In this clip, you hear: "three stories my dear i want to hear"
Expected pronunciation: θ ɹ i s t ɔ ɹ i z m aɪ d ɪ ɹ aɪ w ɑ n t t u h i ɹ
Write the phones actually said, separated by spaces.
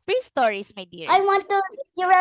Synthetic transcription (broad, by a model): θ ɹ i s t ɔ ɹ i s m aɪ d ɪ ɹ aɪ w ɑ n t t u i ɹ